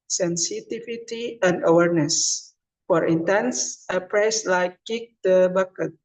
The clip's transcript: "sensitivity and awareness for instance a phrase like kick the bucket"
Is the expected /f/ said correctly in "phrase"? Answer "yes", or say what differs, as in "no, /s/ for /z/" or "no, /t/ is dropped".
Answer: no, /p/ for /f/